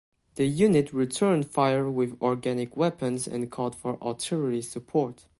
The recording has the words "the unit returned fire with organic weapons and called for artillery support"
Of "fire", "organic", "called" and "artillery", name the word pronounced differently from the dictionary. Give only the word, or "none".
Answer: artillery